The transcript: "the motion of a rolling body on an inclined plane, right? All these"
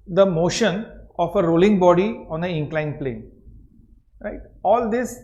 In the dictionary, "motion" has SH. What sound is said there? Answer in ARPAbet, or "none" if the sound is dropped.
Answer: SH